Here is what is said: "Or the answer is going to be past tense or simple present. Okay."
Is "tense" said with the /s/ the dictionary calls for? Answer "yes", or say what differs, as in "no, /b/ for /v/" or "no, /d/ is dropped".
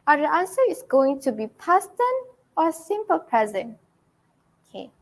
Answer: no, /s/ is dropped